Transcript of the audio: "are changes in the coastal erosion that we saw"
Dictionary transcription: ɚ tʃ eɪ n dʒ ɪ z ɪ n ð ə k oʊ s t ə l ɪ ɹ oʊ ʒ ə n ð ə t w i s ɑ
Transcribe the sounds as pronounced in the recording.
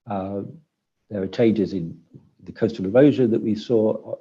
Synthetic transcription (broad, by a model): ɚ tʃ eɪ n dʒ ɪ z ɪ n ð ə k oʊ s t ə l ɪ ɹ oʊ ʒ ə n ð ə t w i s ɑ